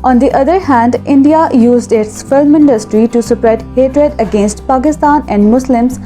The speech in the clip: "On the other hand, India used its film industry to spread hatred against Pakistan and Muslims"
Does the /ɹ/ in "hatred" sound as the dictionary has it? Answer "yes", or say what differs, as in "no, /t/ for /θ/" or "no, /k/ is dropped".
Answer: yes